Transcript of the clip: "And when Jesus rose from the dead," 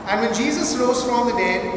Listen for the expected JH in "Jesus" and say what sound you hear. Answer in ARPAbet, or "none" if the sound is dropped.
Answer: JH